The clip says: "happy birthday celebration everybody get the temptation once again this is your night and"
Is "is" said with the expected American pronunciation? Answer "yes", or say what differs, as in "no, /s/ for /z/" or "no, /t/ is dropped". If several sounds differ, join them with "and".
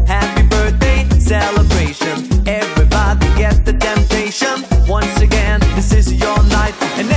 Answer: yes